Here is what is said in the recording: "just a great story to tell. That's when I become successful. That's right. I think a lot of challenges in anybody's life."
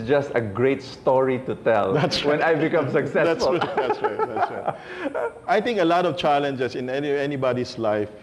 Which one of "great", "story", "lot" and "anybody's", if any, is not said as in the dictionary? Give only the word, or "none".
anybody's